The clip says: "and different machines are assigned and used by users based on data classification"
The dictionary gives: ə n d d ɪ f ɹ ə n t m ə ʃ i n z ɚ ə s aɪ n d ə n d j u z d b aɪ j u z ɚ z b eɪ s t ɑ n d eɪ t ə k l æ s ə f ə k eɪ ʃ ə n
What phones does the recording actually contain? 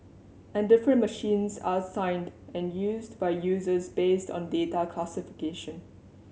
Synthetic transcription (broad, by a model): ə n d d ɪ f ɹ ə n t m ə ʃ i n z ə s aɪ n d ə n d j u z d b aɪ j u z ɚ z b eɪ s t ɑ n d eɪ t ə k l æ s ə f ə k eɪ ʃ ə n